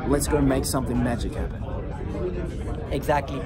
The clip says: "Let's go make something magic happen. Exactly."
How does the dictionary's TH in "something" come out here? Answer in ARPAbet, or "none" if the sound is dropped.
TH